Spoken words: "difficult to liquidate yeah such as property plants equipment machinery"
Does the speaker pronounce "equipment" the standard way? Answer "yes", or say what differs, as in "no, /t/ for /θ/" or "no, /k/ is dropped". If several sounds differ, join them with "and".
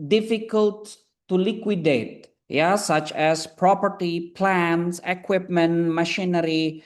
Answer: yes